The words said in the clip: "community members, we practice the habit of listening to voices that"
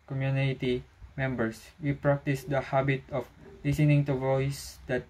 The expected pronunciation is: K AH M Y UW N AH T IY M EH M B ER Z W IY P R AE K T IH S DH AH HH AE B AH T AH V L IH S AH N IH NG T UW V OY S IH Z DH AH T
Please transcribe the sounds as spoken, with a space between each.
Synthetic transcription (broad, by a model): K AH M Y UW N T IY M EH M B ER S W IY P R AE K T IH S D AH HH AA B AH T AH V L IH S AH N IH NG T UW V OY S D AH T